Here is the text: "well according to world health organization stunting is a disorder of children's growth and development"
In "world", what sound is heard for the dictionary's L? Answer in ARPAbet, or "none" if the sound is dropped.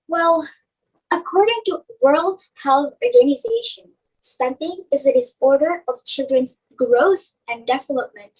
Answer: L